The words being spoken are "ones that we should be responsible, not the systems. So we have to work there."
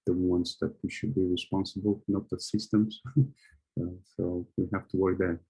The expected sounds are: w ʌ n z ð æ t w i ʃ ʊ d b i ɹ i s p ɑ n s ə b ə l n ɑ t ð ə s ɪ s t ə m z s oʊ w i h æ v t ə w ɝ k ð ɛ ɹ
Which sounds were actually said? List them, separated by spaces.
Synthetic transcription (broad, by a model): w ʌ n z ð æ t w i ʃ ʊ d b i ɹ i s p ɑ n s ə b ə l n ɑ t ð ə s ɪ s t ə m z s oʊ w i h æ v t ə w ɝ k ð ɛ